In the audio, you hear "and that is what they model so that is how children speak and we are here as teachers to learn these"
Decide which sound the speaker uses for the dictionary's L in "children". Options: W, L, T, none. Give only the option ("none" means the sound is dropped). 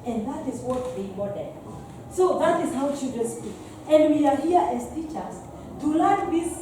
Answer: none